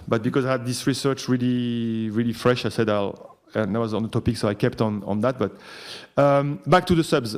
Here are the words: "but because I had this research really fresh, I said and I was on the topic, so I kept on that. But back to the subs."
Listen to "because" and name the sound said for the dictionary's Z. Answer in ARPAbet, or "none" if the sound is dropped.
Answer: Z